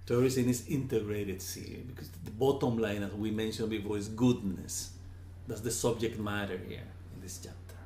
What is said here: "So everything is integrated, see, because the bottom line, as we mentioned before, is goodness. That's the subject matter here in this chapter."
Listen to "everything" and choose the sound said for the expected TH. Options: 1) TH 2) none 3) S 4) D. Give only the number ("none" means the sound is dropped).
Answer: 3